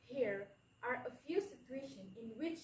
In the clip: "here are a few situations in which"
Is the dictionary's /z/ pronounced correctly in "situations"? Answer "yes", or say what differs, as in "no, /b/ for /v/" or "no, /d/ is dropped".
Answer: no, /z/ is dropped